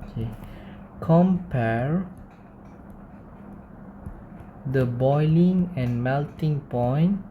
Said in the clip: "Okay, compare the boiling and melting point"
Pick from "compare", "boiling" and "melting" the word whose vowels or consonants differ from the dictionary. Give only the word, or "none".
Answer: none